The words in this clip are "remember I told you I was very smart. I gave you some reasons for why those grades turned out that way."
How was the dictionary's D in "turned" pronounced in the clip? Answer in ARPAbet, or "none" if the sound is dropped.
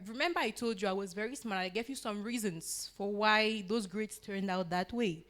D